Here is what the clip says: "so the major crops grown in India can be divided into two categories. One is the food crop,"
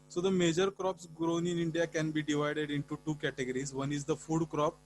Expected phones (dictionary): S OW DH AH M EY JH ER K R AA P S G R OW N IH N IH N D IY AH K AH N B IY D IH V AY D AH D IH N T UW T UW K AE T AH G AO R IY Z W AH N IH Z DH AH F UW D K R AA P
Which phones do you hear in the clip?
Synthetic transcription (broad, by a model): S OW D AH M EY JH ER K R AA P S G R OW N IH N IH N D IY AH K AH N B IY D IH V AY D AH D IH N T UW T UW K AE T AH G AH R IY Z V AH N IH Z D AH F UW D K R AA P